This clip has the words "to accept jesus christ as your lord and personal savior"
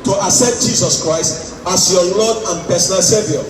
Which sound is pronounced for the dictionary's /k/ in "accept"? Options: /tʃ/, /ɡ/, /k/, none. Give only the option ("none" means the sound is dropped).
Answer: none